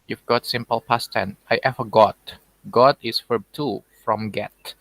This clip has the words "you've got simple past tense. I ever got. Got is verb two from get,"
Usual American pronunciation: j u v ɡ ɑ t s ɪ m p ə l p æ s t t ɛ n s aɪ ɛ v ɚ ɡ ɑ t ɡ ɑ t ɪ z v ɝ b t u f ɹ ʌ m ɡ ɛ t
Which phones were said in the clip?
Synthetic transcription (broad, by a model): j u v ɡ ɑ t s ɪ m p ə l p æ s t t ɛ n aɪ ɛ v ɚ ɡ ɑ t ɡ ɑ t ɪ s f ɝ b t u f ɹ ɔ m ɡ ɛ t